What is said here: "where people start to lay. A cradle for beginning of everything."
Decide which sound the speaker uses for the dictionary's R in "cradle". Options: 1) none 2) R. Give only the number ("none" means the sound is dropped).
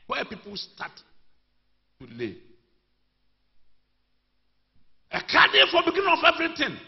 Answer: 1